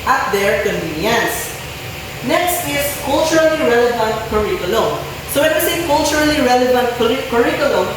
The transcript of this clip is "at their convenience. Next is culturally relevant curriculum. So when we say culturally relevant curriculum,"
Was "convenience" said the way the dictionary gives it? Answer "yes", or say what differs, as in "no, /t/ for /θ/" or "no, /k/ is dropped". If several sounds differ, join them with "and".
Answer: no, /v/ is dropped